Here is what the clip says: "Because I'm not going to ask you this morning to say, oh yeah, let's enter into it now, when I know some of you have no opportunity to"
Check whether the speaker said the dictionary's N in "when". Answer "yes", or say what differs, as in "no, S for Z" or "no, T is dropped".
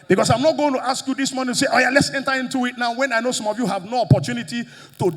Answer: yes